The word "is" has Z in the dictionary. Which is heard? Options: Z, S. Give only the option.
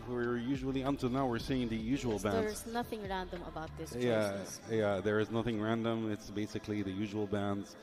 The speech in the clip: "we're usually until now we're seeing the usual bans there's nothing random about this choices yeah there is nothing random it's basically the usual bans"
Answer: Z